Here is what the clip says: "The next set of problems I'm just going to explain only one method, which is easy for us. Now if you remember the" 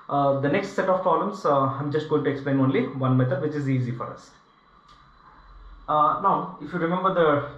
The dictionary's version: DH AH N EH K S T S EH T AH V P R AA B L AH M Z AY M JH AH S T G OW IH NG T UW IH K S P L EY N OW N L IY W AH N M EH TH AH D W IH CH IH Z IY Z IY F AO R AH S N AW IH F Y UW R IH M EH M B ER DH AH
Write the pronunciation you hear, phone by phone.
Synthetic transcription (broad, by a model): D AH N EH K S T S EH T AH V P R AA L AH M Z AY M JH AH S T G OW IH NG T UW IH K S P L EY N OW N L IY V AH N M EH T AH D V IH CH IH Z IY Z IY F AO R AH S N AW IH F Y UW R IH M EH M B ER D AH